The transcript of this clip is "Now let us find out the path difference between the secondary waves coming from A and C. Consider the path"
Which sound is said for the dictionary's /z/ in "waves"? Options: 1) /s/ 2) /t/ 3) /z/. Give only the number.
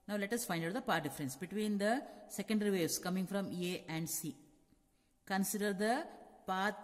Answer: 1